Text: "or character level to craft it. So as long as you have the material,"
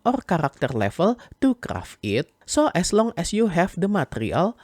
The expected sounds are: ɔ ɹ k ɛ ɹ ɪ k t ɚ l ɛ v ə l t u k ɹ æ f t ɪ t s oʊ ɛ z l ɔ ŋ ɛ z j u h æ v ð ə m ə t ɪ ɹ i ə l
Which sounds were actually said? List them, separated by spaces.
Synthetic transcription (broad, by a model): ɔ ɹ k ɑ ɹ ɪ k t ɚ l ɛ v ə l t u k ɹ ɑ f ɪ t s oʊ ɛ s l ɔ ŋ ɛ s j u h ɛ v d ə m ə t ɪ ɹ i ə l